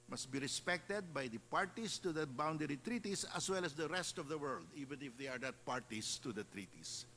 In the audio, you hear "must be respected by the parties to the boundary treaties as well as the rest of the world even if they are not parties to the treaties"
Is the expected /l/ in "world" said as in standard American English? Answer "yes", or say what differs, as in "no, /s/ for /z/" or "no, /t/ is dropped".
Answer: yes